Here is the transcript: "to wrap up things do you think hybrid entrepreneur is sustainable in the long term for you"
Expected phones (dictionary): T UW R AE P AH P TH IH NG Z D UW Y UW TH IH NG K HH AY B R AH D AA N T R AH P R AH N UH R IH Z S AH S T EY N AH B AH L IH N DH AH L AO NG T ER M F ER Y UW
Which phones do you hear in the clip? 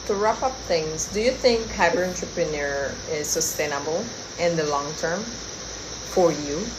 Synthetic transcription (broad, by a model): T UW R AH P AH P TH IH NG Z D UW Y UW TH IH NG K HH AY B AH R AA N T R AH P R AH N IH R IH Z S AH S T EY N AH B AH L IH N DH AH L AO NG T ER M F ER Y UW